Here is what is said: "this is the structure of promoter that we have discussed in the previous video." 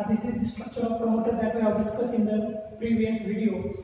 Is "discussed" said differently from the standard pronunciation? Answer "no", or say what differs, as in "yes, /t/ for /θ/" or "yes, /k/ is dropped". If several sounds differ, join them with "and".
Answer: yes, /t/ is dropped